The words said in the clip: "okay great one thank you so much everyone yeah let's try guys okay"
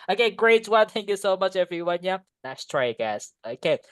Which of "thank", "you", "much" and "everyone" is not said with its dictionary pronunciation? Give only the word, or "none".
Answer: none